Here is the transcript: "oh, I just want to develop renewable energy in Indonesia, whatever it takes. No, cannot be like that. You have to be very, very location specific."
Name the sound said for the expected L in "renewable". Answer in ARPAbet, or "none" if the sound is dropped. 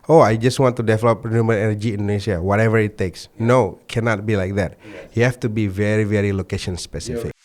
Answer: N